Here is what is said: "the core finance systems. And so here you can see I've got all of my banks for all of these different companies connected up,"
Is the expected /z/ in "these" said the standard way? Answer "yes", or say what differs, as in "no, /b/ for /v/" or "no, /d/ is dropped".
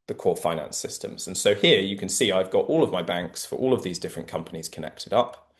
yes